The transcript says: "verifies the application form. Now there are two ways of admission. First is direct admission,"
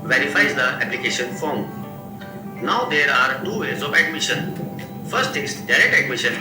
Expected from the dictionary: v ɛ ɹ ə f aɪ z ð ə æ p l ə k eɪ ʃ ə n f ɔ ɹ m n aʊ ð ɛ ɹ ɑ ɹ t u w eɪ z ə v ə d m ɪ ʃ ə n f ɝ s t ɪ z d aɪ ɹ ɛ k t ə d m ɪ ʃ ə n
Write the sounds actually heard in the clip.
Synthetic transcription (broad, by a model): v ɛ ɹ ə f aɪ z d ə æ p l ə k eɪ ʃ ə n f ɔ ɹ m n aʊ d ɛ ɹ ɑ ɹ t u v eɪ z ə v ə d m ɪ ʃ ə n f ɝ s t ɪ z d aɪ ɹ ɛ k t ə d m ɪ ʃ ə n